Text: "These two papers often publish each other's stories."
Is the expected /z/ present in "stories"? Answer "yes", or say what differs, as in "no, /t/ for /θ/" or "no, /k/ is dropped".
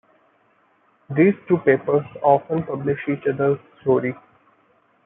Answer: no, /z/ is dropped